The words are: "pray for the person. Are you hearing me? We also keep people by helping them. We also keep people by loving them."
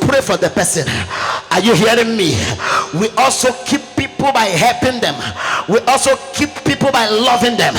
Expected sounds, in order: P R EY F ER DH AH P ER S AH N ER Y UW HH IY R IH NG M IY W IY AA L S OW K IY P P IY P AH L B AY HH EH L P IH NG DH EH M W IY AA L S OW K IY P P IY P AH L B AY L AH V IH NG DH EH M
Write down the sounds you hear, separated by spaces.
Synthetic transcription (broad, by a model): P R EY F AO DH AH P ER S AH N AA Y UW HH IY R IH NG M IY W IY AA L S OW K IY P P IY P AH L B AY HH EH L P IH NG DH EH M W IY AA L S OW K IY P P IY P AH L B AY L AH V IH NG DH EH M